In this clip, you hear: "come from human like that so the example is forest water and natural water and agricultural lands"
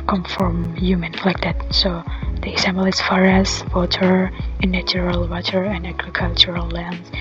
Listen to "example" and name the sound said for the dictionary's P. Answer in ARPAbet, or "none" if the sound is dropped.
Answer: B